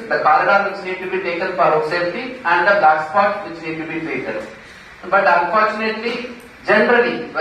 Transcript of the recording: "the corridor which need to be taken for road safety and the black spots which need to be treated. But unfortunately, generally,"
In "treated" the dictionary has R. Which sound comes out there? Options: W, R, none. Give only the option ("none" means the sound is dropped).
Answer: none